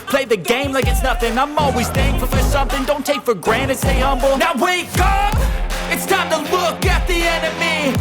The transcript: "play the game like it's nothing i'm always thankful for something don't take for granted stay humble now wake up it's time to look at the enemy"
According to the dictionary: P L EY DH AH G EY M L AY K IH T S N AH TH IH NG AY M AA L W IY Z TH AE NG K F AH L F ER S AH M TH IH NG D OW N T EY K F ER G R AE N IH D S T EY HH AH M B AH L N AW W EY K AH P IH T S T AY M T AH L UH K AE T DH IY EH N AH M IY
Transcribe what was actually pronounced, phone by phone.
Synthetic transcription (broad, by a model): P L EY DH AH G EY M L AY K IH T S N AH TH IH NG AY M AA L W IY Z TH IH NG F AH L F ER S AH M TH IH NG D OW N T EY K F ER G R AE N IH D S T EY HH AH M B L N AW W EY K AH P IH T S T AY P T AH L UH K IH T DH IY EH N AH M IY